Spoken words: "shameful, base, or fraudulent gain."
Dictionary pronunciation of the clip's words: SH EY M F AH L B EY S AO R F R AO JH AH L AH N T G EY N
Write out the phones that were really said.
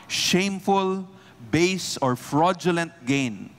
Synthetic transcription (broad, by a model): SH EY M F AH L B EY S AO R F R AO JH AH L AH N T G EY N